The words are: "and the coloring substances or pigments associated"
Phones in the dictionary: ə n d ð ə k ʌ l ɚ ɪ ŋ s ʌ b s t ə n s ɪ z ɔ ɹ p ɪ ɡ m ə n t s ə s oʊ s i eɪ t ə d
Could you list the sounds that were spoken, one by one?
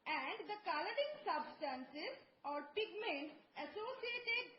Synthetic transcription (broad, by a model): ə n d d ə k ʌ l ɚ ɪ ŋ s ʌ b s t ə n s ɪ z ɔ ɹ p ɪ ɡ m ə n t ə s oʊ s i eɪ t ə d